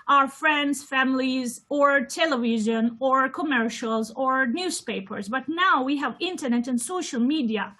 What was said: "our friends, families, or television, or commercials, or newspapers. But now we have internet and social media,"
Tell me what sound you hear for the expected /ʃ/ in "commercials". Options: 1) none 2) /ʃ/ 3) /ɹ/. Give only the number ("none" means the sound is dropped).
2